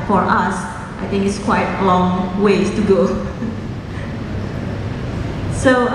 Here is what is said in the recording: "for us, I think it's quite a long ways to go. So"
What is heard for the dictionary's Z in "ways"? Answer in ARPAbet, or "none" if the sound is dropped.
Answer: none